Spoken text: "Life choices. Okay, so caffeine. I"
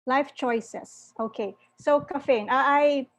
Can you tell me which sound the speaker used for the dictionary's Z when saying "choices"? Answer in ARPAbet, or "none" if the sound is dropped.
S